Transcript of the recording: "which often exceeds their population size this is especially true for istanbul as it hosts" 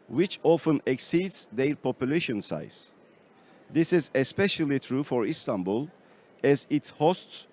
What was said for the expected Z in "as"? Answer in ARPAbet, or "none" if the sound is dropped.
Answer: Z